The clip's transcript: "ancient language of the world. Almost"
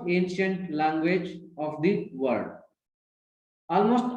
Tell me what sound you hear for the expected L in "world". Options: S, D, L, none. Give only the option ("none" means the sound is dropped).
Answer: none